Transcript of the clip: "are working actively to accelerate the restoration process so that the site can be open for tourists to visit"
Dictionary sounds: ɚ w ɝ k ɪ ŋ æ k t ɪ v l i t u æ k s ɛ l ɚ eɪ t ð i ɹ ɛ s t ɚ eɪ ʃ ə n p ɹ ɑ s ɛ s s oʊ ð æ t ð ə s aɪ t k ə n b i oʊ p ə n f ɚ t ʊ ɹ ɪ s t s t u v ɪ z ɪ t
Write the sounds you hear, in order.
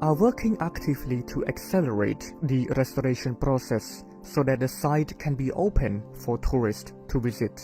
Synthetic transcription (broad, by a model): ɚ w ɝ k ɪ ŋ æ k t ɪ v l i t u æ k s ɛ l ɚ eɪ t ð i ɹ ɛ s t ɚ eɪ ʃ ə n p ɹ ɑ s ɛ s s oʊ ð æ t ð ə s aɪ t k ə n b i oʊ p ə n f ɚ t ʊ ɹ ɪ s t t u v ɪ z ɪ t